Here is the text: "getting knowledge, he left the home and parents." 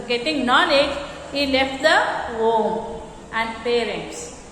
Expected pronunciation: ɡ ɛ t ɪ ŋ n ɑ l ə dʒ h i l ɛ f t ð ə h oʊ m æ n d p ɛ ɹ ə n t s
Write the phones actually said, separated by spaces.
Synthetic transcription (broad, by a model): ɡ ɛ t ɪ ŋ n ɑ n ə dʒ h i l ɛ f t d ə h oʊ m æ n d p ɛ ɹ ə n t s